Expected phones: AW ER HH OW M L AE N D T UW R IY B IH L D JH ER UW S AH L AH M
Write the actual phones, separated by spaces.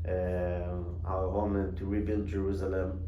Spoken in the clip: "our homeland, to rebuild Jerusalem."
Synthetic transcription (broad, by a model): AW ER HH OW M AH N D T UW R IY B IH L D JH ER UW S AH L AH M